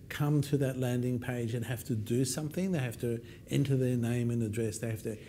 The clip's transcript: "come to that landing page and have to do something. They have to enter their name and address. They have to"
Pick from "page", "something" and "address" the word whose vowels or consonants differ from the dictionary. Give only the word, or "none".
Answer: none